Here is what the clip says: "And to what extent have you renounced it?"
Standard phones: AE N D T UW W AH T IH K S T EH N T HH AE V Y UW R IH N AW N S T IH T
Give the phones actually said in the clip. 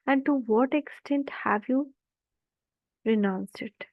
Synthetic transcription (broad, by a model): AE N D T UW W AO T IH K S T EH N T HH AE V Y UW R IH N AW N S IH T